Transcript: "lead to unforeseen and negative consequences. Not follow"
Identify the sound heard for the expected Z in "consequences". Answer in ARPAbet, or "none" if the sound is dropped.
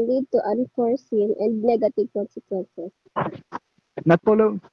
S